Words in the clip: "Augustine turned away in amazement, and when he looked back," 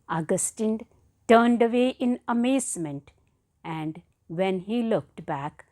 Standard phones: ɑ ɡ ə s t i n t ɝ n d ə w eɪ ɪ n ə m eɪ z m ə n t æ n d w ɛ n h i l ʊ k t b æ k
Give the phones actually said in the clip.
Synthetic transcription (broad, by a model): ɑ ɡ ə s t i n t ɝ n d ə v eɪ ɪ n ə m eɪ z m ə n t æ n d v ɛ n h i l ʊ k t b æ k